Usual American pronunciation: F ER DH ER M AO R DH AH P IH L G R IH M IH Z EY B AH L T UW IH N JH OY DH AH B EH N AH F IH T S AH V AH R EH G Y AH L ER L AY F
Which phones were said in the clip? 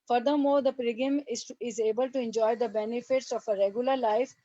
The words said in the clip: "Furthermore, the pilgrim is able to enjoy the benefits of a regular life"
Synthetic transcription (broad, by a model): F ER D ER M AO R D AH P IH G IH M IH Z EY B AH L T UW IH N JH OY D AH B EH N AH F IH T S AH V AH R EH G Y AH L ER L AY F